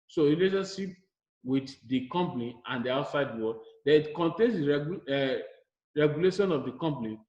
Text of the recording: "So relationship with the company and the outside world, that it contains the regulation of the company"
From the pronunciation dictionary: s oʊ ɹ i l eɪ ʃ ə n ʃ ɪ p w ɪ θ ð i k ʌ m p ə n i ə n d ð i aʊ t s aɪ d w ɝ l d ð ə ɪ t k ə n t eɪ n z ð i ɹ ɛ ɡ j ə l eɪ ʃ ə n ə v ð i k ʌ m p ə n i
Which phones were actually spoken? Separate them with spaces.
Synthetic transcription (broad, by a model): s oʊ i l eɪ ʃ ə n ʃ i p w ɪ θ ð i k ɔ m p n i ə n d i aʊ t s aɪ d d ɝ w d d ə ɪ t k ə n t eɪ n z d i ɹ ɛ ɡ j ə l eɪ ʃ ə n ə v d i k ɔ m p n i